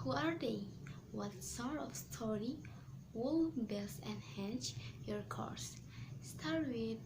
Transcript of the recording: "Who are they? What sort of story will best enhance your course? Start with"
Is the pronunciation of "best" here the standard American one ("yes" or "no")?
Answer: no